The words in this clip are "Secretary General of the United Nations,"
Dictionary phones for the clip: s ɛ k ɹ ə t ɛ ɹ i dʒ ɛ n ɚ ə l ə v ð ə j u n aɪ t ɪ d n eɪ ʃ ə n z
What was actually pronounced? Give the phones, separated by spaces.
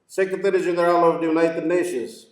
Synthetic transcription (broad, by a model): s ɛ k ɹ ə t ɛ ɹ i z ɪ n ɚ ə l ə v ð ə j u n aɪ t ɪ d n eɪ ʃ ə n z